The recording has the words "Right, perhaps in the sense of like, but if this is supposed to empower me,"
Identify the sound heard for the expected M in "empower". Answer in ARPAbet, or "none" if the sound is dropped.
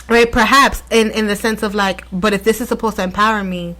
M